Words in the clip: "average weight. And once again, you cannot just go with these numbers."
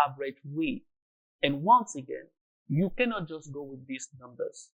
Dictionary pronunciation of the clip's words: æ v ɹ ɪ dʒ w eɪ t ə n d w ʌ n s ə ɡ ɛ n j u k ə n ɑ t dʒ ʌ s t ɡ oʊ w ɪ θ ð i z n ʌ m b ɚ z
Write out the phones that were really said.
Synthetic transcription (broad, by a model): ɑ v ɹ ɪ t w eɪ ə n w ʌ n s ə ɡ ɛ n j u k ə n ɑ t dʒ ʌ s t ɡ oʊ w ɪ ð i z n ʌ m b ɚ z